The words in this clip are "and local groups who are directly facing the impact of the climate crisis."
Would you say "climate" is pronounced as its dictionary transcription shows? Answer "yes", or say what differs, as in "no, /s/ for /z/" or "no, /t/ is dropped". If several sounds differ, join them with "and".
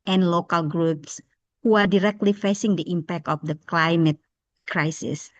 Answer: yes